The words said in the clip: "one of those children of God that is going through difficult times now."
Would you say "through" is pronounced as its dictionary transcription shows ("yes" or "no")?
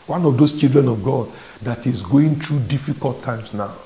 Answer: no